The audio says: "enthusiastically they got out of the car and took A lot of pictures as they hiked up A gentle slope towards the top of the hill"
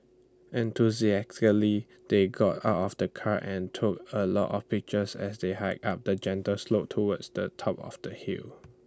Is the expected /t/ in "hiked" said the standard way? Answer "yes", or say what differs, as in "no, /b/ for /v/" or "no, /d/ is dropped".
no, /t/ is dropped